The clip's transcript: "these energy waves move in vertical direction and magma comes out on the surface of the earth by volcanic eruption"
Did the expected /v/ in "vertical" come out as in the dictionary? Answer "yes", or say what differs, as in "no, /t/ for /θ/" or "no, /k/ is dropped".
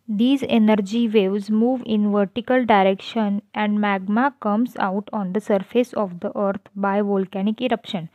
yes